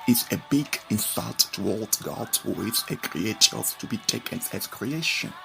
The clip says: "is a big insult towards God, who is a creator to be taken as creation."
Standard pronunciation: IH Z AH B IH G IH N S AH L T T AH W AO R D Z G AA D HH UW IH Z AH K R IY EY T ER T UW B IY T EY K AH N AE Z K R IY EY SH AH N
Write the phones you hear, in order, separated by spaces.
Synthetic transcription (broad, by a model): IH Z AH B IH G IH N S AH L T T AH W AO L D G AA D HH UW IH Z AH K R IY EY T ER T UW B IY T EY K AH N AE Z K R IY EY SH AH N